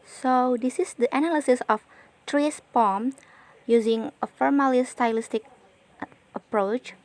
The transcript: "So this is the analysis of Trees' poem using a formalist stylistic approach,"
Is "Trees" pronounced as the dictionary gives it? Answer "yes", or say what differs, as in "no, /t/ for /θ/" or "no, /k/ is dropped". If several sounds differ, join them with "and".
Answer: no, /s/ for /z/